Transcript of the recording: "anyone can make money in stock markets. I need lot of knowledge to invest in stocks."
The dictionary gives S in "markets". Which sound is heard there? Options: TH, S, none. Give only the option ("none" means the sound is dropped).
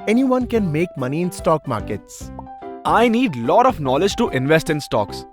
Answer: S